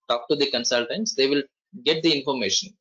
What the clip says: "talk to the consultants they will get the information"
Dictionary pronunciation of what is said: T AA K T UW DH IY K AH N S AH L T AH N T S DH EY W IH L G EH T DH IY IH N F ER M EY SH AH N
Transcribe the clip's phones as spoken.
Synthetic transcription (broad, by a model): T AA K T UW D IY K AH N S AH L T AH N T S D EY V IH L G EH T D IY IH N F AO M EY SH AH N